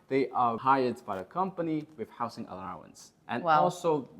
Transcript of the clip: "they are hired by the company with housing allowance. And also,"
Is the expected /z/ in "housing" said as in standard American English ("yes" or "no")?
no